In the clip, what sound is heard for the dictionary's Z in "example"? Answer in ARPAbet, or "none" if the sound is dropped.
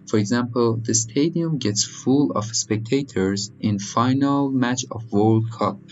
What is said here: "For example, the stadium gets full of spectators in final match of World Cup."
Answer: Z